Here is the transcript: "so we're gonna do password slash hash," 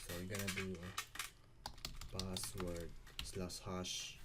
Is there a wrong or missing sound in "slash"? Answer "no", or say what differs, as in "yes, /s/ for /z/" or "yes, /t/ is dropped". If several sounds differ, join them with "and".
yes, /s/ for /ʃ/